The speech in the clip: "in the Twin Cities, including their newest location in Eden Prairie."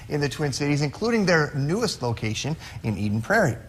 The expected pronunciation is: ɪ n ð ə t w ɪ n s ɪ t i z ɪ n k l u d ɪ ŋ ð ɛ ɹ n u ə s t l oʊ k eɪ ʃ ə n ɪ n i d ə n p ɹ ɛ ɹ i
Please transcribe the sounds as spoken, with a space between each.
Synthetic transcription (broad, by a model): ɪ n ð ə t w ɪ n s ɪ t i z ɪ n k l u d ɪ ŋ ð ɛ ɹ n u ə s t l oʊ k eɪ ʃ ə n ɪ n i d n p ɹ ɛ ɹ i